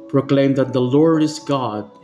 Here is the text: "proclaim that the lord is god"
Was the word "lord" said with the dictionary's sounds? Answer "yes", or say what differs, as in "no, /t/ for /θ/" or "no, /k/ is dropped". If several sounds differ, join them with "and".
yes